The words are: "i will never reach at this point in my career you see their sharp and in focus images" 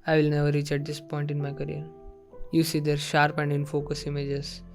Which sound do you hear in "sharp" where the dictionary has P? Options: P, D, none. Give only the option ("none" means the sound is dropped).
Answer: P